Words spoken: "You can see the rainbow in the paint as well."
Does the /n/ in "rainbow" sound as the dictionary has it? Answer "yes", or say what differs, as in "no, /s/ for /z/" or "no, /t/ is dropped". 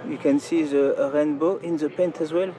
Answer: yes